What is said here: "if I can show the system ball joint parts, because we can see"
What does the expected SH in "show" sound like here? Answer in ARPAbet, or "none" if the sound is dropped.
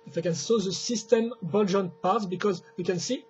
S